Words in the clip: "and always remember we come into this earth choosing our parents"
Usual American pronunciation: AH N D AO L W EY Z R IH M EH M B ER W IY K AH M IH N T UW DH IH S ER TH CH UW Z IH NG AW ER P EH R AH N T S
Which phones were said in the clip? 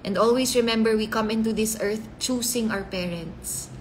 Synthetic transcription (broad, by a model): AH N D AO L W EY S R IH M EH M B ER W IY K AH M IH N T UW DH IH S ER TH CH UW S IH NG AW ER P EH R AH N T S